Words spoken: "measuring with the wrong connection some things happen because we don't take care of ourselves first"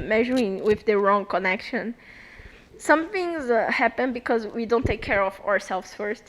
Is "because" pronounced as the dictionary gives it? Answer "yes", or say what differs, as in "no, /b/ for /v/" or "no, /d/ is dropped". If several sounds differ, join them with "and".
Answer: yes